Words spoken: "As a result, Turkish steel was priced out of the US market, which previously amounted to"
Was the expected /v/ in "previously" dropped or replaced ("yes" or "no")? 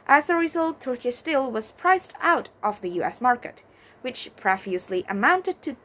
yes